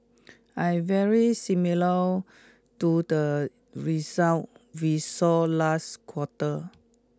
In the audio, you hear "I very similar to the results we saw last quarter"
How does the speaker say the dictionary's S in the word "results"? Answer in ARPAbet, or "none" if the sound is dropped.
none